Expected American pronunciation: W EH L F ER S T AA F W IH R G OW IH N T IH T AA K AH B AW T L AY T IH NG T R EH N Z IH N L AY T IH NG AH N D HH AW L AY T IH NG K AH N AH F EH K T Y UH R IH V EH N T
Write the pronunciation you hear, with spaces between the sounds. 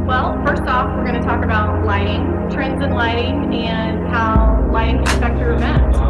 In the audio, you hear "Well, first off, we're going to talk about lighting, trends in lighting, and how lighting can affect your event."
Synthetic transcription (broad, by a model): W EH L F ER S T AA F W IH R G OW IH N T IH T AA K AH B AW T L AY T IH NG T R EH N Z IH N L AY T IH NG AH N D HH AW L AY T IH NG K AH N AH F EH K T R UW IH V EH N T